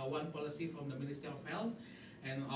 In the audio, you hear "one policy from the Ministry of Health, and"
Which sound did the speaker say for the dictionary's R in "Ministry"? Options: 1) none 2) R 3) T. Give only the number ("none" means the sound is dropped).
1